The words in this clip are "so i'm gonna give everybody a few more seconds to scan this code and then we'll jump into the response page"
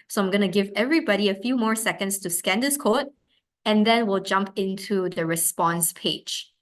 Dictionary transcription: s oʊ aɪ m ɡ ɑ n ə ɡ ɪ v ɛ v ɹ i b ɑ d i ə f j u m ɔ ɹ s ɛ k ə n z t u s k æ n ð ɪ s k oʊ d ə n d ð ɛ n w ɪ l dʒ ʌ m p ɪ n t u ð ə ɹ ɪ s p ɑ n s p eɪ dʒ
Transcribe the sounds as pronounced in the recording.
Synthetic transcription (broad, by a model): s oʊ aɪ m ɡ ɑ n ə ɡ ɪ v ɛ v ɹ i b ɑ d i ə f j u m ɔ ɹ s ɛ k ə n s t u s k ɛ n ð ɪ s k oʊ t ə n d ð ɛ n w ɪ l dʒ ʌ m p ɪ n t u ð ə ɹ ɪ s p ɑ n s p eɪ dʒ